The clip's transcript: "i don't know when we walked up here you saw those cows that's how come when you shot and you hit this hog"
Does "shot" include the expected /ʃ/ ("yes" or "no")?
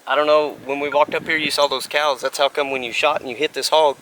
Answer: yes